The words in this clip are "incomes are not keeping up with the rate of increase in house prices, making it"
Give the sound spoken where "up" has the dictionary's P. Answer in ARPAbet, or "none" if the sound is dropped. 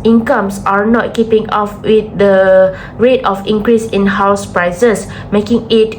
F